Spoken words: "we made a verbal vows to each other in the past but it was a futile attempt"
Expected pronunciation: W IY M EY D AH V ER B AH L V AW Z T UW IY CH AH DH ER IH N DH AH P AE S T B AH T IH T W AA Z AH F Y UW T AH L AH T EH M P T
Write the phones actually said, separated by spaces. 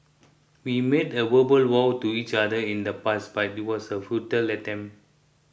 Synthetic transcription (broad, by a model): W IY M EY D AH W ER B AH L W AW T UW IY CH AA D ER IH N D AH P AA S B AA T IH T W AA S AH F Y UW T AH L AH T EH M